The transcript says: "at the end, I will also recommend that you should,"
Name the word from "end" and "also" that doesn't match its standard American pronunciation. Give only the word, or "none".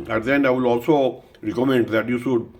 end